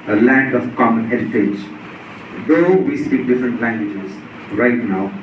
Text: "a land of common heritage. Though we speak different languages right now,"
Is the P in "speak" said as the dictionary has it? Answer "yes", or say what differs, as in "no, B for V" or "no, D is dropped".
no, P is dropped